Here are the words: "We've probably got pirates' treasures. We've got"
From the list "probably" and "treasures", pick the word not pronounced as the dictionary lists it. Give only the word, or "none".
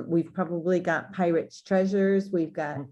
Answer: none